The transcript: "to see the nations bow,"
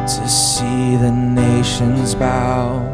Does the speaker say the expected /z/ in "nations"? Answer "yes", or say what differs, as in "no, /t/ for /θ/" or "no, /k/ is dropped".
yes